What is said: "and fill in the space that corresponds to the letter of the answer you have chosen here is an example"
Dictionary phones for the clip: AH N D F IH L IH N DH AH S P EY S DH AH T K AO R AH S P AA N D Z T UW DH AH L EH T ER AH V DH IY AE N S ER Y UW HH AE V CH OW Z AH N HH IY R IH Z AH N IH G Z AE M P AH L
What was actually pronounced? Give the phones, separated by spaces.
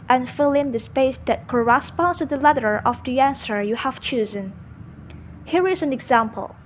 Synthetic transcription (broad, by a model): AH N F IH L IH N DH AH S P EY S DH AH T K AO R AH S P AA N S T UW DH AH L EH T ER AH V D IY AE N S ER Y UW HH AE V CH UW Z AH N HH IY R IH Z AH N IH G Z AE M P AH L